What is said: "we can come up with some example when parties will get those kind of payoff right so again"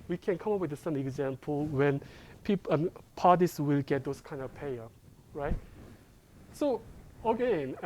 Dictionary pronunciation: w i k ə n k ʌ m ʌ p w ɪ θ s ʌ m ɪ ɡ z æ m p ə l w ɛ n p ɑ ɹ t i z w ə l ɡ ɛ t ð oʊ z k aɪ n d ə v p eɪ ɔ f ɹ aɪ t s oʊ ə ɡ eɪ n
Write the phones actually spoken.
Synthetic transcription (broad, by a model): w i k ə n k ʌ m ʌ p w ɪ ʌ s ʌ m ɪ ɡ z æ m p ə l w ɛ n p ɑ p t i s w ə l ɡ ɛ t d oʊ s k aɪ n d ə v p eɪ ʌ ɹ aɪ t s oʊ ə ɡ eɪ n